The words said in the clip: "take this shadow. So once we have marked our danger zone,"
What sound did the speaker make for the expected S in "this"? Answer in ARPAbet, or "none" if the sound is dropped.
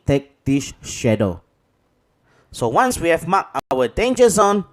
SH